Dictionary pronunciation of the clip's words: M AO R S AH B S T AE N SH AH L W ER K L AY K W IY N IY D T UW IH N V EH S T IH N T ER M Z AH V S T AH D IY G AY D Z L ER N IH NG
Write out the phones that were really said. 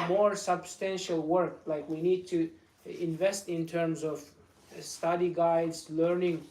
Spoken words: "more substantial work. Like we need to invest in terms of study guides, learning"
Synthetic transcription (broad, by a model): M AO R S AH B S T AE N SH AH L W ER K L AY K W IY N IY D T UW IH N V EH S T IH N T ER M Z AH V S T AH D IY G AY D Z L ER N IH NG